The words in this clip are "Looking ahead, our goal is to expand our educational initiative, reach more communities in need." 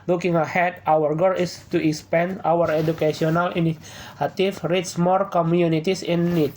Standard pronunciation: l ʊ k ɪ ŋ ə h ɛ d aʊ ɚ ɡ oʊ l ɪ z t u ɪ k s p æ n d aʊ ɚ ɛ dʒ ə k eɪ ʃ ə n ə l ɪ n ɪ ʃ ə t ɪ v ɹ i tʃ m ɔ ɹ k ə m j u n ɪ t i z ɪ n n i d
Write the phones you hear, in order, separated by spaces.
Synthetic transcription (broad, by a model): l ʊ k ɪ ŋ ə h ɛ d aʊ ɚ ɡ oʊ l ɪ s t u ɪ k s p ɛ n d aʊ ɚ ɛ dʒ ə k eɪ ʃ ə n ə l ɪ n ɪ ə t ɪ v ɹ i s m ɔ ɹ k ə m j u n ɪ t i s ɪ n n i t